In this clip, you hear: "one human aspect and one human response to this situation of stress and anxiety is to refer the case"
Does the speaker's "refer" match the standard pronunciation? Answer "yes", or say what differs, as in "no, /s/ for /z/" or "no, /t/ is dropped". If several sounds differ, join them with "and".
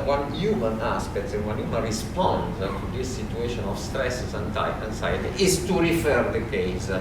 yes